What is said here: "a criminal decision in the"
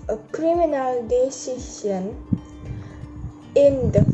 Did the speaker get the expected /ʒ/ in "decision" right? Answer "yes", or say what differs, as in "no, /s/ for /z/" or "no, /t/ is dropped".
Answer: no, /s/ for /ʒ/